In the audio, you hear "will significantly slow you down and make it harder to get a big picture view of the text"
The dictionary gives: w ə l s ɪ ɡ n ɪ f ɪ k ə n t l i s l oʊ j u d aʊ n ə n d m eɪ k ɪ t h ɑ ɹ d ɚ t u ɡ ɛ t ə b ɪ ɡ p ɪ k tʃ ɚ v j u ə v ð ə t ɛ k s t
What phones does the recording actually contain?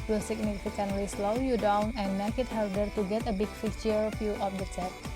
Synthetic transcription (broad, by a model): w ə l s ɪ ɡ n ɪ f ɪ k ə n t l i s l oʊ j u d aʊ n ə n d m eɪ k ɪ t h ɑ ɹ d ɚ t u ɡ ɛ t ə b ɪ ɡ f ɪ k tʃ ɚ f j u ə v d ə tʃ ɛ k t